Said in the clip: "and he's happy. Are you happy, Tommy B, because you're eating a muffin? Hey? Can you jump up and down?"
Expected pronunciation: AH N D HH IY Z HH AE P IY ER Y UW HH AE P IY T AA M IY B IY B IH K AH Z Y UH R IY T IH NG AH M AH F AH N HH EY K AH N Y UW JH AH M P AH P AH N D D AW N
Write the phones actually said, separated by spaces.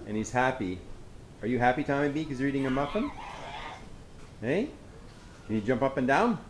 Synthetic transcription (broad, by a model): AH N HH IY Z HH AE P IY ER Y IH HH AE P IY T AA IY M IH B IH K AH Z Y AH R IY T IH NG AH M AH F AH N HH EY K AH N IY JH AH M P AH P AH N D D AW N